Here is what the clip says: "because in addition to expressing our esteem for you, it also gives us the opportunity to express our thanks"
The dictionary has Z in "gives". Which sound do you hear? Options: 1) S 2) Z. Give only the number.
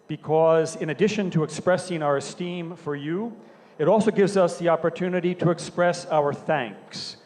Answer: 2